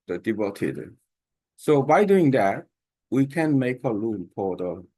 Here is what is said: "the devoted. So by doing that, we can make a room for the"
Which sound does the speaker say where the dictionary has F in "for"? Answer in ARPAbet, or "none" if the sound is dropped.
P